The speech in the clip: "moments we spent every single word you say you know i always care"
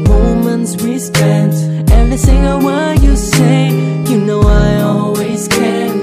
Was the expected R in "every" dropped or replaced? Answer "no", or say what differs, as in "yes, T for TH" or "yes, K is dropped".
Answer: no